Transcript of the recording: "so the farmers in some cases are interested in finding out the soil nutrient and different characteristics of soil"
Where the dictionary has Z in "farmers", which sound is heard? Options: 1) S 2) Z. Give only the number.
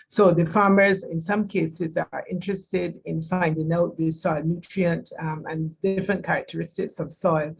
2